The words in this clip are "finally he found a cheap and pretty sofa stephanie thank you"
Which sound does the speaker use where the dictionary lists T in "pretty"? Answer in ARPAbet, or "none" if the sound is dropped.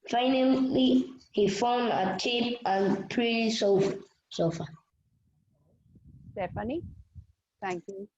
S